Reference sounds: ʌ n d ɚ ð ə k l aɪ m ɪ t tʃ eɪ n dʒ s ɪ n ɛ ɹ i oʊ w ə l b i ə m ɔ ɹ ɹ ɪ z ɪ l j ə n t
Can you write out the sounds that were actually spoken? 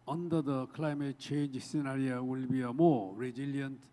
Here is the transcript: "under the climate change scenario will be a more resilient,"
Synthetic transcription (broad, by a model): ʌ n d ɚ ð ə k l aɪ m ɪ t tʃ eɪ n dʒ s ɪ n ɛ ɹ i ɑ w ə l b i ə m ɔ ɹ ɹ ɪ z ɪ l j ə n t